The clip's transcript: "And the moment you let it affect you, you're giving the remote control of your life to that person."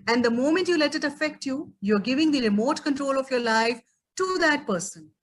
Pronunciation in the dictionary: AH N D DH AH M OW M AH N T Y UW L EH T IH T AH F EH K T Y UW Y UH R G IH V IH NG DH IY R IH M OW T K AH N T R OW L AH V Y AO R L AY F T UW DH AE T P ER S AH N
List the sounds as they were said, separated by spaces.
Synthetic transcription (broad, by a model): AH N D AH M OW M AH N T Y UW L EH T IH T AH F EH K T Y UW Y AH R G IH V IH NG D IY R IH M OW T K AH N T R OW L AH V Y AO R L AY F T UW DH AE T P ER S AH N